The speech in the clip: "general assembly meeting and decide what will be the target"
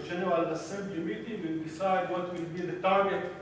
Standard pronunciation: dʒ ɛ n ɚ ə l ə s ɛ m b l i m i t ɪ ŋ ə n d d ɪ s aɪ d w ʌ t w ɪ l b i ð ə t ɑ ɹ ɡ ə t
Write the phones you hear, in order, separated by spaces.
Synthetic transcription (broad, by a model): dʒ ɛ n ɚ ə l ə s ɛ b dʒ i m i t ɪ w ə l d d ɪ s aɪ d w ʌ t w ɪ l b i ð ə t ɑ ɹ ɡ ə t